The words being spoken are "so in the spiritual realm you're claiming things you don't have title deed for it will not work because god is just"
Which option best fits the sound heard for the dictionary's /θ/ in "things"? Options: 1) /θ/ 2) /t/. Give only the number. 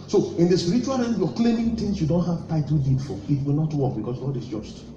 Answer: 2